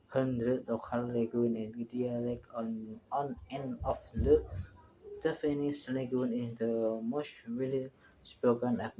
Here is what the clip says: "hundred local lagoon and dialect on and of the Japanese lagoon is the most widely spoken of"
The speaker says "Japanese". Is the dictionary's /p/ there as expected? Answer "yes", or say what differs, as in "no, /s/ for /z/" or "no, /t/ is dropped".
no, /f/ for /p/